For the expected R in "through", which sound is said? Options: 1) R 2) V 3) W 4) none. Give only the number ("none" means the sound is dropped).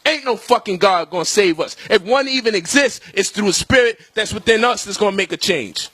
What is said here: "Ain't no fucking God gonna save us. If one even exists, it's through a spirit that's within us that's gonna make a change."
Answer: 1